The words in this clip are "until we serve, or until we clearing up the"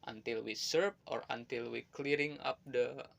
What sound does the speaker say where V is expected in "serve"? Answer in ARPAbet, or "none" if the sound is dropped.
P